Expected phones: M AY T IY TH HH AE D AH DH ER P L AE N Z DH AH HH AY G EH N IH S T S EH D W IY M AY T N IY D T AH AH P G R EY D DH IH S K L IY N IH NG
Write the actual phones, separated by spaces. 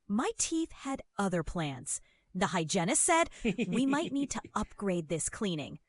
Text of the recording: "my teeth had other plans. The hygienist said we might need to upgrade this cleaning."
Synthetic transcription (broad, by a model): M AY T IY TH HH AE D AH DH ER P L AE N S DH AH HH AY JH EH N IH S S EH D W IY M AY T N IY D T AH AH P G R EY D DH IH S K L IY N IH NG